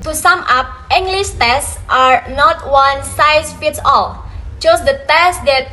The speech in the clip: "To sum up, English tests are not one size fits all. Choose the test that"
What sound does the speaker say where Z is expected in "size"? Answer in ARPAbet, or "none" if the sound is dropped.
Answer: S